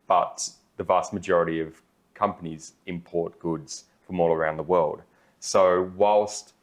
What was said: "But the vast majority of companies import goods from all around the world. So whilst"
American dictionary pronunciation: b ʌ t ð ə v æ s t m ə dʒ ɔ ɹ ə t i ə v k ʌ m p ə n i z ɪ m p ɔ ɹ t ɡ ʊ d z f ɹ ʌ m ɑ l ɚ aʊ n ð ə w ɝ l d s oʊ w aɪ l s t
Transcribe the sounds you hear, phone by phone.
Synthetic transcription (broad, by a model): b ʌ t ð ə v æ s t m ə dʒ ɔ ɹ ə t i ə v k ʌ m p ə n i z ɪ m p ɔ ɹ t ɡ ʊ d z f ɹ ʌ m ɑ l ɚ aʊ n ð ə w ɝ l d s oʊ w aɪ l s t